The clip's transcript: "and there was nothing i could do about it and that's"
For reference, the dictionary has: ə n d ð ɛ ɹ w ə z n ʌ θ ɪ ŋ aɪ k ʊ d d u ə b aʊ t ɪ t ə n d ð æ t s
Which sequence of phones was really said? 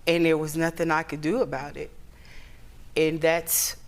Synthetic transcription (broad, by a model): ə n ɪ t w ə z n ʌ θ ɪ ŋ aɪ k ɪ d d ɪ ə b aʊ t ɪ t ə n ð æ t s